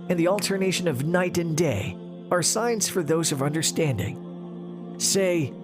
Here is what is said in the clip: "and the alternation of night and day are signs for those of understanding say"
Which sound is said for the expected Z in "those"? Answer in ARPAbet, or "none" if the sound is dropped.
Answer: Z